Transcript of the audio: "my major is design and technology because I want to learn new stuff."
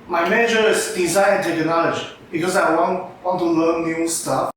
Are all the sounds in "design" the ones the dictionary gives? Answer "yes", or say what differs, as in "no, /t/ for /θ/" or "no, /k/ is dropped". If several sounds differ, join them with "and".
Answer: no, /n/ is dropped